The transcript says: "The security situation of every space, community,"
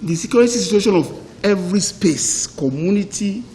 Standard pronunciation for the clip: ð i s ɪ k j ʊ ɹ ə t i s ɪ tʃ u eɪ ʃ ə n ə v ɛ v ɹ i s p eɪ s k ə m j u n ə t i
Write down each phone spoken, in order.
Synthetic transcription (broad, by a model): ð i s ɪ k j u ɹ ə s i s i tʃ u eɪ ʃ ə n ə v ɛ v ɹ i s p eɪ s k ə m j u n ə t i